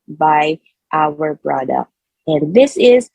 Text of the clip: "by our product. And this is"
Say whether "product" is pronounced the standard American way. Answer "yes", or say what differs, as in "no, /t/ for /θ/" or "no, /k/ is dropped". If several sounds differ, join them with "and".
no, /b/ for /p/